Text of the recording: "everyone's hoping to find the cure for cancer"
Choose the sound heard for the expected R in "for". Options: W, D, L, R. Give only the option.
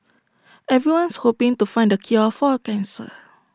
L